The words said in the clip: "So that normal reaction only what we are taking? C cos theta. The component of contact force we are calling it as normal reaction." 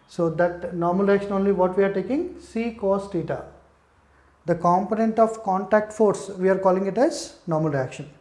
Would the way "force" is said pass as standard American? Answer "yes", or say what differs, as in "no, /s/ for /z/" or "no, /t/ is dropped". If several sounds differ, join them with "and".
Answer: yes